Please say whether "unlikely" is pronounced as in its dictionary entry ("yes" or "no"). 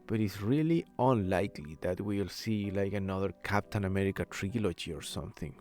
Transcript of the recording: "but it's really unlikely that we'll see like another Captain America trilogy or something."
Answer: yes